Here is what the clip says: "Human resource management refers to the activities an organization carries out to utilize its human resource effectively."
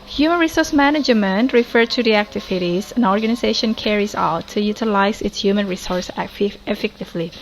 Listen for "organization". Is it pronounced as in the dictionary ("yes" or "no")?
yes